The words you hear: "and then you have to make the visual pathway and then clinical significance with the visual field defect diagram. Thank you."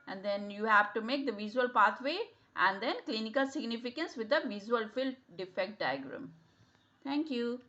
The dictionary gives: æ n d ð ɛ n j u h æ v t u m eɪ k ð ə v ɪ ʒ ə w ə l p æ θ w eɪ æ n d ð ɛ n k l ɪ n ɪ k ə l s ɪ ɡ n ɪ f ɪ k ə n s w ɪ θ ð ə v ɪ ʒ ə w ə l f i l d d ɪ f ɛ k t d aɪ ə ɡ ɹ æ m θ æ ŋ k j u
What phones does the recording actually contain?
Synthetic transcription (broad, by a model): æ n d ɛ n j u h æ v t u m eɪ k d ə v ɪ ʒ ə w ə l p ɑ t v eɪ æ n d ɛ n k l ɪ n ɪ k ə l s ɪ ɡ n ɪ f ɪ k ə n s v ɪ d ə v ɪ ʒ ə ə l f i l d d ɪ f ɛ k t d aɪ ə ɡ ɹ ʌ m t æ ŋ k j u